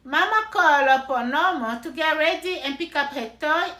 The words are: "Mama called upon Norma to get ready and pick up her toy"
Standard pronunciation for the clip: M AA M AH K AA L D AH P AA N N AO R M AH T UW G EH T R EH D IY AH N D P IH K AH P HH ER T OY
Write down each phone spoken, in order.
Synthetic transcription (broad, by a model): M AA M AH K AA L AH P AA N N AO M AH T UW G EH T R EH D IY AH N P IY K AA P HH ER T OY